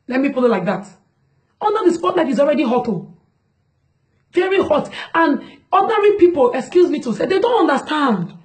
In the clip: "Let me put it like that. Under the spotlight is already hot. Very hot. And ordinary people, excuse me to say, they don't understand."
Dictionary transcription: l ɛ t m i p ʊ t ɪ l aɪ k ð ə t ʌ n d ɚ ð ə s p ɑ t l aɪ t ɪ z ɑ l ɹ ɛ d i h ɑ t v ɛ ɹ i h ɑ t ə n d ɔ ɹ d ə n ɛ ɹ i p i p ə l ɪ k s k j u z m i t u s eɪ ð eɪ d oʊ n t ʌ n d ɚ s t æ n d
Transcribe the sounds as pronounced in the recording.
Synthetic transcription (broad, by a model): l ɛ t m i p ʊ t ɪ l aɪ k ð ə t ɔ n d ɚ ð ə s p ɑ t n aɪ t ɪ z ɑ l ɹ ɛ d i h ɑ t v ɛ ɹ i h ɑ t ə n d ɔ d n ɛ ɹ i p i p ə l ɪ k s k j u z m i t u s eɪ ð eɪ d oʊ n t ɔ n d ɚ s t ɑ n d